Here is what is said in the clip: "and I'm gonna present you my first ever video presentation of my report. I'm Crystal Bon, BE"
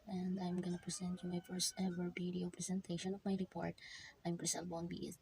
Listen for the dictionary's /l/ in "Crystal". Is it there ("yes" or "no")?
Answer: no